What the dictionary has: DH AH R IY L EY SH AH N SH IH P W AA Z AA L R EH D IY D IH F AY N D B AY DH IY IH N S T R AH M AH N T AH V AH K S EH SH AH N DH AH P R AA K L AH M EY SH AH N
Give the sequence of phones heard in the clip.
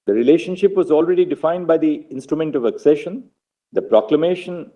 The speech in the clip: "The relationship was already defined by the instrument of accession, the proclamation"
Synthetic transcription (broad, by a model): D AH R IY L EY SH AH N SH IH P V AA Z AA L R EH D IY D IH F AY N D B AY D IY IH N S T R AH M AH N T AH V AH K S EH SH AH N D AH P R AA K L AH M EY SH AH N